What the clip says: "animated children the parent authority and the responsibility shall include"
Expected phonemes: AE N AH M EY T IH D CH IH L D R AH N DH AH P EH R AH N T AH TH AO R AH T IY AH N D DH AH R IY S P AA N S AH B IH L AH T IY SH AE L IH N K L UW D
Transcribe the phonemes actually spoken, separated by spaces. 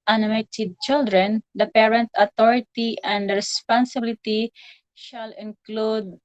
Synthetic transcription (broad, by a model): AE N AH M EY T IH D CH IH L D R AH N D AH P EH R AH N T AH T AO R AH T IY AH N D R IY S P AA N S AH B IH L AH T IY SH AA L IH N K L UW D